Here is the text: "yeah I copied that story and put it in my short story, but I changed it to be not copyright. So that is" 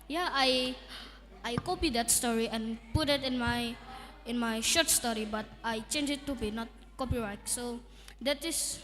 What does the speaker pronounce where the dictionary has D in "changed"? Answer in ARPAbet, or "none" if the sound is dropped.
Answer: none